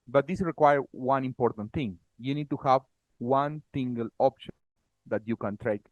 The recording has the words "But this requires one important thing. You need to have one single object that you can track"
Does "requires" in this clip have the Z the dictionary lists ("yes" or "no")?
no